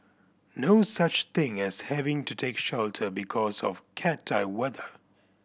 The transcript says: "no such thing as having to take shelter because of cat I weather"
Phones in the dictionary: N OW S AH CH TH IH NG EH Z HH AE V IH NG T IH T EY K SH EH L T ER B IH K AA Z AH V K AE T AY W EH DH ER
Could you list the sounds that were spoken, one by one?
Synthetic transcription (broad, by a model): N OW S AH CH TH IH NG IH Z HH AE V IH NG T IH T EY K SH EH L T ER B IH K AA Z AH V K AE T AY W EH DH ER